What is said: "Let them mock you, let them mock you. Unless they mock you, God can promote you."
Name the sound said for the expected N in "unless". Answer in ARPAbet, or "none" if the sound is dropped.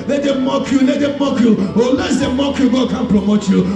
none